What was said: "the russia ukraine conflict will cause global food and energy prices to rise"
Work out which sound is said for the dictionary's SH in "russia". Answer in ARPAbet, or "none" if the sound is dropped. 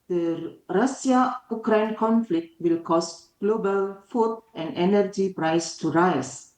S